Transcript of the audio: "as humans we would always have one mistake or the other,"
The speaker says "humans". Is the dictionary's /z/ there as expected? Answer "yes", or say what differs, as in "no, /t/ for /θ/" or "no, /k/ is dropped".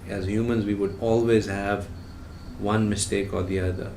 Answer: yes